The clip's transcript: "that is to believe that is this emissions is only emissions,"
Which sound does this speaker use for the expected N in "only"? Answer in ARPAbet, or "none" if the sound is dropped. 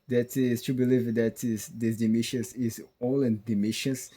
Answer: none